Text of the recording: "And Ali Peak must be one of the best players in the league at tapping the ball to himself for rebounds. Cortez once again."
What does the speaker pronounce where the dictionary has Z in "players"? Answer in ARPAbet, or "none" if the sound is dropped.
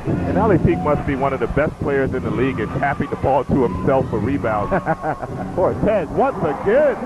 Z